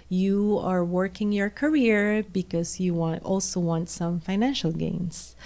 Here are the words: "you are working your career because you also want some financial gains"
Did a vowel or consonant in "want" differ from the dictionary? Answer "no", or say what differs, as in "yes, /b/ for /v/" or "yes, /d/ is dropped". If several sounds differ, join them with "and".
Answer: no